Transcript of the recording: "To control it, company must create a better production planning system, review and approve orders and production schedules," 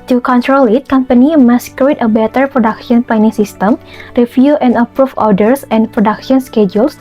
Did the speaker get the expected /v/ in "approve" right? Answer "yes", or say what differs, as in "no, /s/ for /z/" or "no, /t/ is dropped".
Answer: no, /f/ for /v/